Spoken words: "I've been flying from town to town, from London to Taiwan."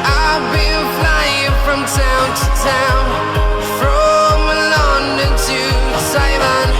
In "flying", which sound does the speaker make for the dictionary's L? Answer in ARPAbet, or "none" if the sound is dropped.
L